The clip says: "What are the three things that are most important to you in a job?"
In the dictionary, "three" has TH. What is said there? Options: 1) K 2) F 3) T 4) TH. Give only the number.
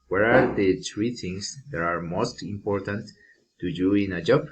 3